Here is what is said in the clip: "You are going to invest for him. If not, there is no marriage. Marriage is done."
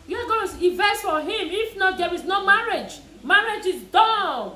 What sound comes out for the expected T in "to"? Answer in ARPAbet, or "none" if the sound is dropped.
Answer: S